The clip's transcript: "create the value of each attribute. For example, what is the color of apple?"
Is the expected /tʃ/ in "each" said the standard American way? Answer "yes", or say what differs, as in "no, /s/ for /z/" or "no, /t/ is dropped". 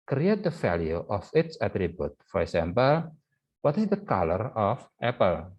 no, /s/ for /tʃ/